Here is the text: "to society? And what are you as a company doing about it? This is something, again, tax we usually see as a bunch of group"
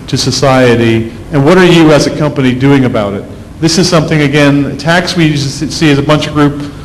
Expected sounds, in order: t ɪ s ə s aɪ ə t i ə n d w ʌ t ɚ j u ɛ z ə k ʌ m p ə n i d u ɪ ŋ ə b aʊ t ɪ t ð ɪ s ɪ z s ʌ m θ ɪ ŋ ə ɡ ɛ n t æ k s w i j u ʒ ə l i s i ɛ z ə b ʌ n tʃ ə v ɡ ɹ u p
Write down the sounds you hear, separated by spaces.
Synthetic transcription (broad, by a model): t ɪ s ə s aɪ ə t i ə n w ʌ t ɚ j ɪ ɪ z ə k ʌ m p ə n i d u ɪ ŋ ə b aʊ t ɪ t ð ɪ s ɪ z s ʌ m θ ɪ ŋ ə ɡ ɛ n t æ k s w i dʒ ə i s i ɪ z ə b ʌ n tʃ ə v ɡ ɹ u p